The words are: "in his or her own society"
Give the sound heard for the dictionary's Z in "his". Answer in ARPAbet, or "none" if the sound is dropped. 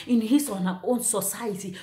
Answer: S